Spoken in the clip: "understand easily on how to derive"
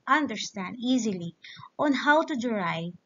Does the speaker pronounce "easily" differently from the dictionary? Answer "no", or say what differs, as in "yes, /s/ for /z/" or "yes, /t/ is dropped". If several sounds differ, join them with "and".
no